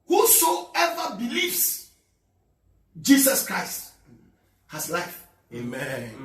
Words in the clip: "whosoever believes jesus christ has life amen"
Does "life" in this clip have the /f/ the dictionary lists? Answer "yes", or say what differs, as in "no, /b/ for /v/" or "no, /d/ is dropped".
yes